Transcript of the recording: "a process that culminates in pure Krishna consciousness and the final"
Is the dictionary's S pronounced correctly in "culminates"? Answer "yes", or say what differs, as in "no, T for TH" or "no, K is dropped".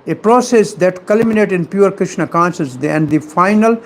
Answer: no, S is dropped